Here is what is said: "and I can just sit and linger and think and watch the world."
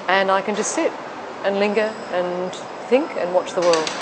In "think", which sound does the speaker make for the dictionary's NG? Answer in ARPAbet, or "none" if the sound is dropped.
NG